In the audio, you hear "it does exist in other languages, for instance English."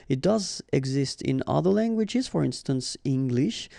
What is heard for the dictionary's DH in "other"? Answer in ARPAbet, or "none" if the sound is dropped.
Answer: DH